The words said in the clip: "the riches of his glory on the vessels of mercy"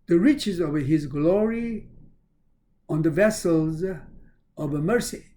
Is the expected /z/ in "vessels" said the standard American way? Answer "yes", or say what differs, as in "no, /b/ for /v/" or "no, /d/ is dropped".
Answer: yes